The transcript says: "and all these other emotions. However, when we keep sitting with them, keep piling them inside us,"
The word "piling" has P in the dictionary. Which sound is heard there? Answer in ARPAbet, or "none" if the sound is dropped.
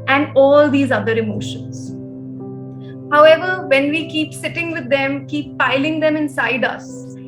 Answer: P